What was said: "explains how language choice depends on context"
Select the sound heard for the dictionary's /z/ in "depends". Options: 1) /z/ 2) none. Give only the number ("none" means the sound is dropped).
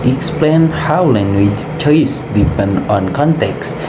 2